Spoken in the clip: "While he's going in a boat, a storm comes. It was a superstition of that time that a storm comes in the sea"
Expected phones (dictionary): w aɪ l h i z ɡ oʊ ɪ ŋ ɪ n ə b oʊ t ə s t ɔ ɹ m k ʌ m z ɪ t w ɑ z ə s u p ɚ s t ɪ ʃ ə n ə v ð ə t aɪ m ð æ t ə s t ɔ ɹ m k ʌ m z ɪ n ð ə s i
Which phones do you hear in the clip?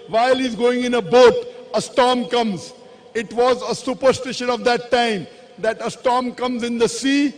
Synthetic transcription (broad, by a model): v aɪ l h i z ɡ oʊ ɪ ŋ ɪ n ə b oʊ t ə s t ɔ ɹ m k ʌ m z ɪ t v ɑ z ə s u p ɚ s t ɪ ʃ ə n ə v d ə t aɪ m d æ t ə s t ɔ ɹ m k ʌ m z ɪ n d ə s i